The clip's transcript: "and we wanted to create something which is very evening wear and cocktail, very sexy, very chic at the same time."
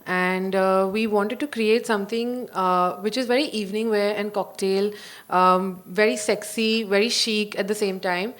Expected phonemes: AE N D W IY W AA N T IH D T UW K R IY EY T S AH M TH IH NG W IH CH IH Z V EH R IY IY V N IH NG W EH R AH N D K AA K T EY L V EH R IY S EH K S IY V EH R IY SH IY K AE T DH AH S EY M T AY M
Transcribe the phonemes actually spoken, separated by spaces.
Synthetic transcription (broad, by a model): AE N D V IY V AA N T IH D T UW K R IY EY T S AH M T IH NG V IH CH IH Z V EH R IY IY V N IH NG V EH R AH N D K AA K T EY L V EH R IY S EH K S IY V EH R IY SH IY K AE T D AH S EY M T AY M